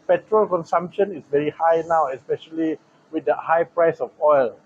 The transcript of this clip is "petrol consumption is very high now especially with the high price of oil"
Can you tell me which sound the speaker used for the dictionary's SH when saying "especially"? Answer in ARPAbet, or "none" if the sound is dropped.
SH